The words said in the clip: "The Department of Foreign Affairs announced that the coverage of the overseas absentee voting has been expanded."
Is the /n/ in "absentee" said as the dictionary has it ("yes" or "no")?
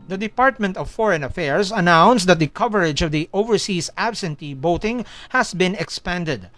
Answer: yes